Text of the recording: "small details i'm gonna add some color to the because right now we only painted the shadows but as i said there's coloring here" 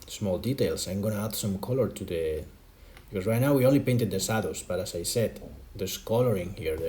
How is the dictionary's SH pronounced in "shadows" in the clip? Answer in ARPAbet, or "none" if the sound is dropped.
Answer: S